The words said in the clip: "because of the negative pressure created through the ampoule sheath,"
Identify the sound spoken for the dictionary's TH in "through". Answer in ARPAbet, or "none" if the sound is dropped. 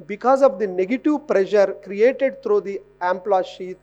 T